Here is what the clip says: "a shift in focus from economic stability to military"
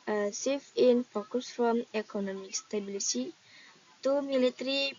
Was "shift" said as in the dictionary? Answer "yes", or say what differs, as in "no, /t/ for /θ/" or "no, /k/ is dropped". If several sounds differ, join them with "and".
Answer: no, /s/ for /ʃ/ and /t/ is dropped